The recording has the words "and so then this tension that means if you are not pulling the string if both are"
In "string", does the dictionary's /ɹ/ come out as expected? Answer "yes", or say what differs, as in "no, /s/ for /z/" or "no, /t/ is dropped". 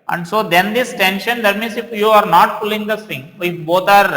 no, /ɹ/ is dropped